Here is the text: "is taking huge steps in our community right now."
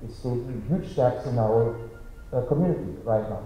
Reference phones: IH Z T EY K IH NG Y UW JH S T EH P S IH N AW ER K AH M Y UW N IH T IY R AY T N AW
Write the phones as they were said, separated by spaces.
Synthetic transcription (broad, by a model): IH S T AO IH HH Y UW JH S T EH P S IH N AW ER K AH M Y UW N IH T IY R AY T N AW